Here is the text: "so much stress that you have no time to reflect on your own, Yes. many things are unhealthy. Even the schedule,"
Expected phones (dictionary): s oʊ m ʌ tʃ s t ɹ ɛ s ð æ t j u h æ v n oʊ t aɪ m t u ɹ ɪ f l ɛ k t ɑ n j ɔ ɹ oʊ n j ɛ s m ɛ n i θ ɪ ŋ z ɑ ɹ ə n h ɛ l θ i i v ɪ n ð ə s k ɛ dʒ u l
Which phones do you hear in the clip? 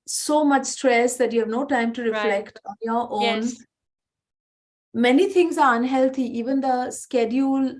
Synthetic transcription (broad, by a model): s oʊ m ʌ tʃ s t ɹ ɛ s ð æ t j u h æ v n oʊ t aɪ m t u ɹ ɪ f l ɛ k t ɑ n j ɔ ɹ oʊ n m ɛ n i t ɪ ŋ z ɑ ɹ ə n h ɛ l t i i v ɪ n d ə s k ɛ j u l